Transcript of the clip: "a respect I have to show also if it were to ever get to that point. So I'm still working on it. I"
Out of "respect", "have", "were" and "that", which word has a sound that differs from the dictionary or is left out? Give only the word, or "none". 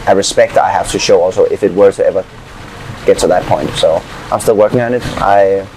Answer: have